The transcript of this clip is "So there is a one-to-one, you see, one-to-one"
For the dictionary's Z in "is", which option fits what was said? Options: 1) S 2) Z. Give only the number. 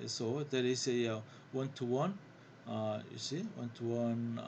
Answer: 1